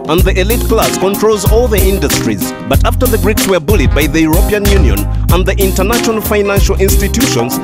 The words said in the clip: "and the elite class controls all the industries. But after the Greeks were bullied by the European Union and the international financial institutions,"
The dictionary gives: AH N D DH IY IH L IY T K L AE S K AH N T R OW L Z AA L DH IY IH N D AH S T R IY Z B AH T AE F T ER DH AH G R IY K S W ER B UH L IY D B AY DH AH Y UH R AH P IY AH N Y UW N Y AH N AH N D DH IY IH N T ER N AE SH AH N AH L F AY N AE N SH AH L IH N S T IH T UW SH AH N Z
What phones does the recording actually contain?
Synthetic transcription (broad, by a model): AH N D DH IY IH L IY T K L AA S K AH N T R OW L Z AA L DH IY IH N D AH S T R IY Z B AH T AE F T ER DH AH G R IY K S W ER B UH L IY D B AY DH AH Y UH R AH P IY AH N Y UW N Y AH N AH N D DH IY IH N T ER N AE SH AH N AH L F AY N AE N SH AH L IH N S T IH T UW SH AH N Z